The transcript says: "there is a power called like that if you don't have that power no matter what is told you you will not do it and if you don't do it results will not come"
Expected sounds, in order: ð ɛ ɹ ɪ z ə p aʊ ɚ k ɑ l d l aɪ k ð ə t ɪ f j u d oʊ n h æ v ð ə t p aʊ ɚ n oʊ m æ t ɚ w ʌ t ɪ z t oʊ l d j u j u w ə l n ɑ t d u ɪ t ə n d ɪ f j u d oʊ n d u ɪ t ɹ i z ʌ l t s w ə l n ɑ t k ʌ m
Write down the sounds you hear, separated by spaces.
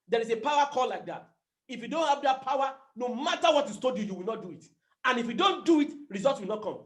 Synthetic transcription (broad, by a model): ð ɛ ɹ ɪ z ə p aʊ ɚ k ɑ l l aɪ k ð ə t ɪ f j u d oʊ n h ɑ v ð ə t p aʊ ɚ n oʊ m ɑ t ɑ w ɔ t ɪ s t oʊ d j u j u w ə l n ɑ t d u ɪ t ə n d ɪ f j u d oʊ n d u ɪ t ɹ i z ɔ l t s w ə l n ɑ t k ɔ m